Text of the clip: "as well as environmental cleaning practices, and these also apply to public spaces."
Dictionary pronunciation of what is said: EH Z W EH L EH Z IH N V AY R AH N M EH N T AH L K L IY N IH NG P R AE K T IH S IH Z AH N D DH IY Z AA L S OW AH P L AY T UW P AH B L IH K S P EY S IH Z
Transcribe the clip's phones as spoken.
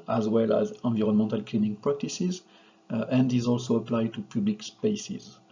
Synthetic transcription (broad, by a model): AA Z W EH L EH Z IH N V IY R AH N M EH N T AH L K L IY N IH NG P R AE K T IH S IH Z AH N D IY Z AA L S OW AH P L AY T UW P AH B L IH K S P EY S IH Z